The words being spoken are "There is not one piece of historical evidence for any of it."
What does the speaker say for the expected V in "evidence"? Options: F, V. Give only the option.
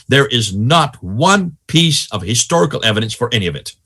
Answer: V